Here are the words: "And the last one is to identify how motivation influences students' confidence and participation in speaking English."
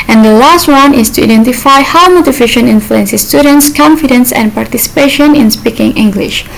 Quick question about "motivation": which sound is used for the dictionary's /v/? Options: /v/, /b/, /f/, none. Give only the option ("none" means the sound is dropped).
/f/